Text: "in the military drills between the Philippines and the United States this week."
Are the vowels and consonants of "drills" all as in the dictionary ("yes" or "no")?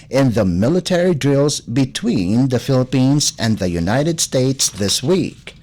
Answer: yes